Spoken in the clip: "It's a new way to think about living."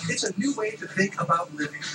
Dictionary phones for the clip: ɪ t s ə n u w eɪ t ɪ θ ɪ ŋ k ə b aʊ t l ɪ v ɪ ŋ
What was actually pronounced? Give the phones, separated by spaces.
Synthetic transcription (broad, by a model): ɪ t s ə n u w eɪ t ɪ θ ɪ ŋ k ə b aʊ t l ɪ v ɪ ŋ